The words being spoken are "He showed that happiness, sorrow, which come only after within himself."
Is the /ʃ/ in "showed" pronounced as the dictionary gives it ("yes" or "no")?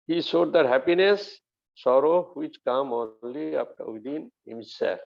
no